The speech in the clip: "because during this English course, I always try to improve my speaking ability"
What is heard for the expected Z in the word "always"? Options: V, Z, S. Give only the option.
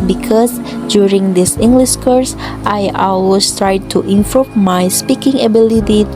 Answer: S